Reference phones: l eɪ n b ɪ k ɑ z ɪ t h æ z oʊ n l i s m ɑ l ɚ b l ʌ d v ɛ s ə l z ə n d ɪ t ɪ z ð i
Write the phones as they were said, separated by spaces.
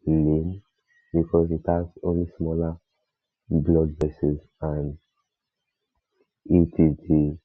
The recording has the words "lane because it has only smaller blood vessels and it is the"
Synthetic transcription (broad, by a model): l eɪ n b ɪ k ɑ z ɪ t h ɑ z oʊ n l i s m ɑ l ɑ b l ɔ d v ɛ s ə z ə n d ɪ t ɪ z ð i